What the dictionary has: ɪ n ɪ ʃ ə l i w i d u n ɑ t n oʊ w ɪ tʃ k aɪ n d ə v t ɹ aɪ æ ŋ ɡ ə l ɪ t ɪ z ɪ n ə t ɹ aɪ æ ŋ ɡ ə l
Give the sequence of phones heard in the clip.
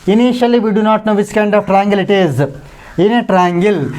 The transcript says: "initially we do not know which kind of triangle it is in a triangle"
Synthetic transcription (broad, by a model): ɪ n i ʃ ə l i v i d u n ɑ t n oʊ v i s k aɪ n d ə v t ɹ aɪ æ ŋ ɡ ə l ɪ t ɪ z ɪ n ə t ɹ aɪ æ ŋ ɡ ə l